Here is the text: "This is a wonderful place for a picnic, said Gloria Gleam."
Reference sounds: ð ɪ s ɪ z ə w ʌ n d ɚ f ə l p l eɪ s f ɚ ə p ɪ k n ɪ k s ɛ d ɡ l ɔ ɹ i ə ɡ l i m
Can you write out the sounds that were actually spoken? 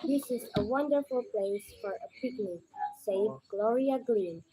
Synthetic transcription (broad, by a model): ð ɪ s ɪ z ə w ʌ n d ɚ f ə l p l eɪ s f ɚ ə p ɪ k n ɪ k s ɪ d ɡ l ɔ ɹ i ə ɡ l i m